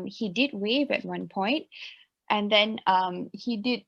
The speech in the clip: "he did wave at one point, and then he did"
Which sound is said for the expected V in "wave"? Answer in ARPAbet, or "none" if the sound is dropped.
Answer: V